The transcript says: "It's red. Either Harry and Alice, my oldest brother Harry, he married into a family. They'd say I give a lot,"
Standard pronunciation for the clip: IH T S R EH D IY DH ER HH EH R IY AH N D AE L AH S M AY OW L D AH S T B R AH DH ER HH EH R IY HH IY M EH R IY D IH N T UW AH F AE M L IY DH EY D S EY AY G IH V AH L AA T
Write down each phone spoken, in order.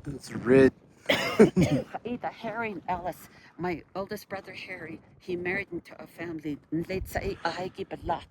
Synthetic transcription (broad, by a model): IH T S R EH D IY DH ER HH EH R IY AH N AE L AH S M AY OW L D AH S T B R AH DH ER HH EH R IY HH IY M EH R IY D IH N T UW AH F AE M L IY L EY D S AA AY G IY B AH L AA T